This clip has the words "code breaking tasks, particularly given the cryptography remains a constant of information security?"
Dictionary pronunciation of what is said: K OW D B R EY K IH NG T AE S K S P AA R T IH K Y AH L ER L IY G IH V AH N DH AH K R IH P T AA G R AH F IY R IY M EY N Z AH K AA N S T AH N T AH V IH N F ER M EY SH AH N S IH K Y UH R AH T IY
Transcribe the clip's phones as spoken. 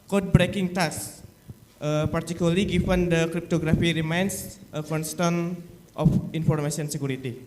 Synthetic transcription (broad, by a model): K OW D B R EY K IH NG T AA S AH P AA R T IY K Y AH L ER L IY G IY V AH N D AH K R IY P T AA G R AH F IY R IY M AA N S AH K AA N S T AH N T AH F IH N F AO M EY S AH N S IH K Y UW R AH T IY